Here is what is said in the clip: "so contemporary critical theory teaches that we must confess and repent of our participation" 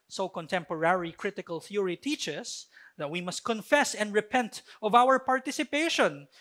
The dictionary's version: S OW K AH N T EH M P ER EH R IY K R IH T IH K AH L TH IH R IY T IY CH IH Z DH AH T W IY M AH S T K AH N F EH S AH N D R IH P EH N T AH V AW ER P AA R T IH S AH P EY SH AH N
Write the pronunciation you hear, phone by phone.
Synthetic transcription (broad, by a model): S OW K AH N T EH M P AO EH R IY K R IH T IH K AH L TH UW R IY T IY CH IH S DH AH T W IY M AH S T K AH N F EH S AH N D R IH P EH N T AH V AW ER P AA R T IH S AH P EY SH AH N